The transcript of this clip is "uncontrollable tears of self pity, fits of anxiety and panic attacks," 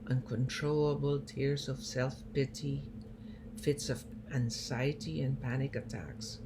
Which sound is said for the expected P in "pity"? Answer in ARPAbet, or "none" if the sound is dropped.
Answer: P